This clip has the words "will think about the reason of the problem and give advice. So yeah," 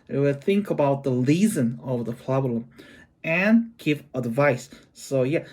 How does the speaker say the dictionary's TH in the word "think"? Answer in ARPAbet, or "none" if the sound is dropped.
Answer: TH